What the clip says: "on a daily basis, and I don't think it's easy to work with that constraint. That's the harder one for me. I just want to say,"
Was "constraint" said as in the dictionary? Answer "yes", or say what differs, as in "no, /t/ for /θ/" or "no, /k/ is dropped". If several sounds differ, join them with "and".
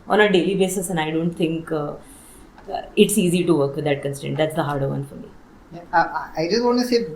no, /ɹ/ is dropped